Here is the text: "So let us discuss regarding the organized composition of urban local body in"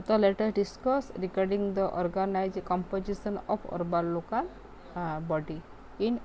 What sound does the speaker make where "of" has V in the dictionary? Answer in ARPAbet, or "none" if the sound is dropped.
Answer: P